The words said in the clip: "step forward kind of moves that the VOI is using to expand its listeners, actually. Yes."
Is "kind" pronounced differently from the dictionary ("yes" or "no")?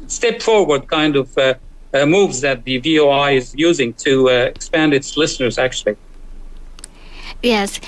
no